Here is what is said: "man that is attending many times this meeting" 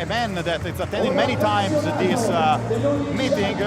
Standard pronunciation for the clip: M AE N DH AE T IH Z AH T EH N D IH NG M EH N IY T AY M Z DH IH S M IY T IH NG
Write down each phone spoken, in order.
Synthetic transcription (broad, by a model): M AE N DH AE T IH S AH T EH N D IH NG M EH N IY T AY M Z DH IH S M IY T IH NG